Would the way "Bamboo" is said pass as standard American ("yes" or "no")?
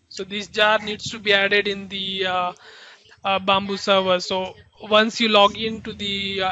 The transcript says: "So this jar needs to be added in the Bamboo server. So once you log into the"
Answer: yes